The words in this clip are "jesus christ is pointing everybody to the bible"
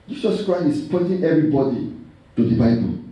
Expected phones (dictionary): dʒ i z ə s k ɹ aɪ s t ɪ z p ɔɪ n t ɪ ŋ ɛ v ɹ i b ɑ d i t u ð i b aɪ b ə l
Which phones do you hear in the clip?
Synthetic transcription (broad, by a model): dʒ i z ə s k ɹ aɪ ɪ s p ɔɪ t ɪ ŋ ɛ v ɹ i b ɑ d i t u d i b aɪ b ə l